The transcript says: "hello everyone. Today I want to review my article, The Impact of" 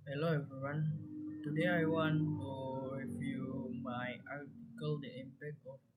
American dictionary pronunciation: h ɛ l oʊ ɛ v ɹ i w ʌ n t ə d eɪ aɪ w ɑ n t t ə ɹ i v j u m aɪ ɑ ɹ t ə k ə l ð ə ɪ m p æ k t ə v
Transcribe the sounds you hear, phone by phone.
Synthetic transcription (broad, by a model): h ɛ l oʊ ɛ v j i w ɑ n t ə d eɪ aɪ w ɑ n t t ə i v j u m aɪ ɑ ɹ t ə k ə l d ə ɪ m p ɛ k ə